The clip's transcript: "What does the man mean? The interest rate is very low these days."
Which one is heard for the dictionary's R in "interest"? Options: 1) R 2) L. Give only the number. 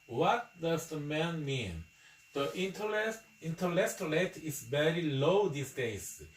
2